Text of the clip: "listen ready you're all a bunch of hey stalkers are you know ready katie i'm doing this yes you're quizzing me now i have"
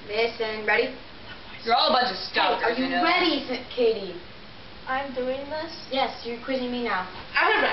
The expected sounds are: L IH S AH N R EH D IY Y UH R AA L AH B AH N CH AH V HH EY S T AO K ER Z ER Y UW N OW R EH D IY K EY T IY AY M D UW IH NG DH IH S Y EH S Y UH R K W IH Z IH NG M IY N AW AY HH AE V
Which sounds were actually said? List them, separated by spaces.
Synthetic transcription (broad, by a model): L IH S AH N R EH D IY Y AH R AA L AH B AH N CH AH V S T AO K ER ER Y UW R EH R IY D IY K EY T IY AY M D UW IH NG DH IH S Y EH S Y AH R K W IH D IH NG M IY N AW AY